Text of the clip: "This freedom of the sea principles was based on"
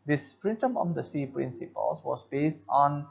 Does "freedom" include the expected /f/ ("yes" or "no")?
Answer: no